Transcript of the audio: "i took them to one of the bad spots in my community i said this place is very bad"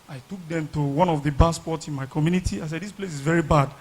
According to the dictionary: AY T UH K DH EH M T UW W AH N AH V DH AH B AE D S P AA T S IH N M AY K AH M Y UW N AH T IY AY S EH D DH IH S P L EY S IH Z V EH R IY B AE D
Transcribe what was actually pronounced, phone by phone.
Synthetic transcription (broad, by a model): AY T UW K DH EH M T UW W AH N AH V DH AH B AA S P AA T S IH N M AY K AH M Y UW N AH T IY AY S EH D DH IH S P L EY S IH Z V EH R IY B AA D